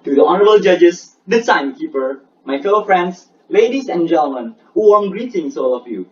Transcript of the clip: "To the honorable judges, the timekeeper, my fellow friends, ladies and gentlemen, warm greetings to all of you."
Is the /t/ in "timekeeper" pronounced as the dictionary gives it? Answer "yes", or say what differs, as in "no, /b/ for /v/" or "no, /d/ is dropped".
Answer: no, /s/ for /t/